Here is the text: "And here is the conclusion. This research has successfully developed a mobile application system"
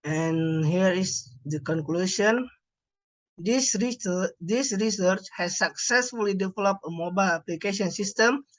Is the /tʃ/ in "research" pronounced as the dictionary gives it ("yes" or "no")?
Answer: yes